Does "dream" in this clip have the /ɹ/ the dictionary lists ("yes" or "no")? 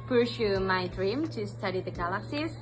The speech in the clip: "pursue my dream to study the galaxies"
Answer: yes